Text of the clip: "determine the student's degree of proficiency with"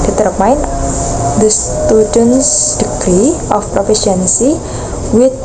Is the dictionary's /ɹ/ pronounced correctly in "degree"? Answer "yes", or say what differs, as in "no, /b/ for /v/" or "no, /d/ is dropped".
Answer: yes